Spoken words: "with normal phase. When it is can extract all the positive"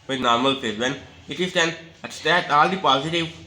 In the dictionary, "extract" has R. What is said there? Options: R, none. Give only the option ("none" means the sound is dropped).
none